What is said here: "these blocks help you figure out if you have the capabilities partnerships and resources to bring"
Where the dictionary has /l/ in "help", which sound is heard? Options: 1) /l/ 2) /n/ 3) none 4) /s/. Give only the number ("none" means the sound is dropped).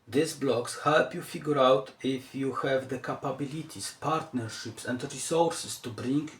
1